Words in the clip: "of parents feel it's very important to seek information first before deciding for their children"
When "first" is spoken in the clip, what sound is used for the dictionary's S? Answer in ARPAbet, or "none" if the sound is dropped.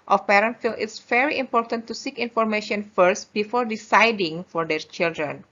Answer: S